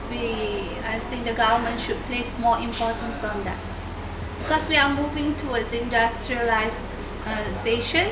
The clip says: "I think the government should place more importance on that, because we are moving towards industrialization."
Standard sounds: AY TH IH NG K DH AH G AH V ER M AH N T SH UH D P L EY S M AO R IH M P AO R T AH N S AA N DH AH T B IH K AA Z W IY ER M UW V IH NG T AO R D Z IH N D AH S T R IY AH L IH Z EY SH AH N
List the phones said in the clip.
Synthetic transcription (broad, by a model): AY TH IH NG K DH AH G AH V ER M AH N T SH UH D P L EY S M AO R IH M P AO T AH N S AA N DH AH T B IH K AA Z W IY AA M UW V IH NG T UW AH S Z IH N D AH S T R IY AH L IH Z EY SH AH N